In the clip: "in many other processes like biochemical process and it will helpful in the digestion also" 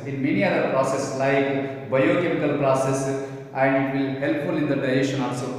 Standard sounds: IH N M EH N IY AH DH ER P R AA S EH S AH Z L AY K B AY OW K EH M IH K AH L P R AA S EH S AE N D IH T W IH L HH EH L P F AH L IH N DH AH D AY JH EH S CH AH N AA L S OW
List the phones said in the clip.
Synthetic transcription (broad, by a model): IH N M EH N IY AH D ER P R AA S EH S L AY K B AY OW K EH M IH K AH L P R AA S EH S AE N D IH T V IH L HH EH L P F AH L IH N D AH D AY EH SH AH N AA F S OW